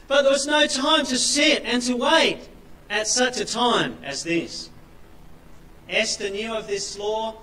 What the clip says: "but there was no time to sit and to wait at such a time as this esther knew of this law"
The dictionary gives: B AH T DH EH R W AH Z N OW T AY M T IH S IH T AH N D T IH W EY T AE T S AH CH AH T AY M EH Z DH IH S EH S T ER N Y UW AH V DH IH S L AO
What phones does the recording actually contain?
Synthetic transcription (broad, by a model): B AH T DH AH R W AH Z N OW T AY M T IH S IH T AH N T IH W EY T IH T S AH CH AH T AY M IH Z DH IH S EH S T ER N Y UW AH V DH IH S L AO